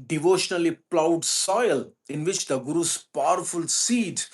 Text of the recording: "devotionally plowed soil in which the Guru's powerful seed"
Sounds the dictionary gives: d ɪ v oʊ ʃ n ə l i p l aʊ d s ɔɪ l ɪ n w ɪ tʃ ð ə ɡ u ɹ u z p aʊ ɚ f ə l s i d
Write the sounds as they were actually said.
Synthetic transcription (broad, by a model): d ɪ v oʊ ʃ n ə l i p l aʊ d s ɔɪ l ɪ n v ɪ tʃ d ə ɡ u ɹ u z p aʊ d f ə l s i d